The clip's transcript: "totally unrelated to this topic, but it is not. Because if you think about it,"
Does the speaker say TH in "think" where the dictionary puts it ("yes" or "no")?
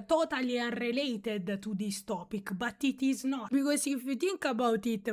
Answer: no